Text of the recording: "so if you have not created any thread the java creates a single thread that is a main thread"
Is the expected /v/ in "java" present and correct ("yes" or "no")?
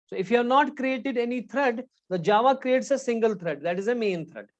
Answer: yes